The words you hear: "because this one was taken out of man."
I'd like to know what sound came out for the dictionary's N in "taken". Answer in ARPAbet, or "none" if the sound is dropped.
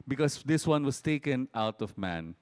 N